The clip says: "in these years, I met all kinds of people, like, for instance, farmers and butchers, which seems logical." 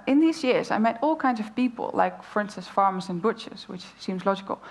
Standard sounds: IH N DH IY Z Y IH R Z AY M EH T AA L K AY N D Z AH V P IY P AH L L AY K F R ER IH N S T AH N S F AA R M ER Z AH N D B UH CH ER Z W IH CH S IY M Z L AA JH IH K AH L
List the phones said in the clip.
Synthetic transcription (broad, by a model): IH N DH IY Z Y IH R Z AY M EH T AA L K AY N D Z AH V P IY P AH L L AY K F R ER N S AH S F AA R M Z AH N B UH CH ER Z W IH CH S IY M Z L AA JH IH K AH L